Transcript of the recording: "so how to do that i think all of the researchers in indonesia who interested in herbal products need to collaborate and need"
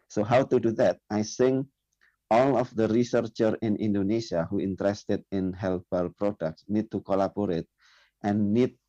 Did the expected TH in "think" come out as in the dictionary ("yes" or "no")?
no